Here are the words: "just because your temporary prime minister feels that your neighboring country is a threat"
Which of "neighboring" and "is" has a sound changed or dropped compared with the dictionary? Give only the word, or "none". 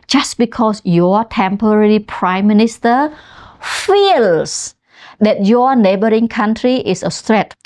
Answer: is